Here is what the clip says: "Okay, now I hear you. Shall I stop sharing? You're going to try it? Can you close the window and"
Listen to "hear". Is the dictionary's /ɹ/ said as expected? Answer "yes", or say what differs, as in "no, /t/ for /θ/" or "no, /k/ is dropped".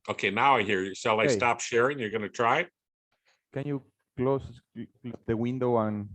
yes